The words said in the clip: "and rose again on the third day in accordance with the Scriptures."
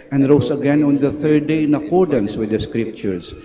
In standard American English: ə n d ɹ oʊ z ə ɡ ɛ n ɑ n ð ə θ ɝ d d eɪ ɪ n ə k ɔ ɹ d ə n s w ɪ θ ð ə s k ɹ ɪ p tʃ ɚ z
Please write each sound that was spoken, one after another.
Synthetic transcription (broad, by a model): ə n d ɹ oʊ s ə ɡ ɛ n ɑ n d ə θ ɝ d d eɪ ɪ n ə k ɔ ɹ d ə n s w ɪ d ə s k ɹ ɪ p tʃ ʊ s